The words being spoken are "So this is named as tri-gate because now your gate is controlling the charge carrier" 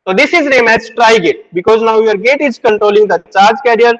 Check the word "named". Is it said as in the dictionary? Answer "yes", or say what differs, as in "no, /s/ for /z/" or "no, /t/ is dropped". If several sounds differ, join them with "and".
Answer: no, /d/ is dropped